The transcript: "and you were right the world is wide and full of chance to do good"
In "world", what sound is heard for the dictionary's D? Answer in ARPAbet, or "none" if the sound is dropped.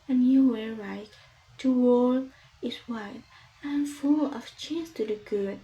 none